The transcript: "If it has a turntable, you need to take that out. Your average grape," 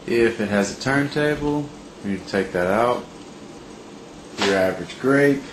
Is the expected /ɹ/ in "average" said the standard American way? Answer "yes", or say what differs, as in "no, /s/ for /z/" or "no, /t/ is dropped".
yes